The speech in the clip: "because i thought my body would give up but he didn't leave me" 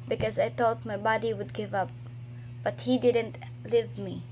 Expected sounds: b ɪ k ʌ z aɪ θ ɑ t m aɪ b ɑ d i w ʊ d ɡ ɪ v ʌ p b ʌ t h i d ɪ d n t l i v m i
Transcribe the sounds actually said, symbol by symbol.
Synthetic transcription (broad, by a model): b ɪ k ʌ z aɪ θ ɑ t m aɪ b ɑ d i w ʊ d ɡ ɪ v ʌ p b ʌ t h i d ɪ d n t l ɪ v m i